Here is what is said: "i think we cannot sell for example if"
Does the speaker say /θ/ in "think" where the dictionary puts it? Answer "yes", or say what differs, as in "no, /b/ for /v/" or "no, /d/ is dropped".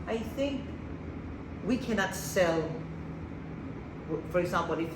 yes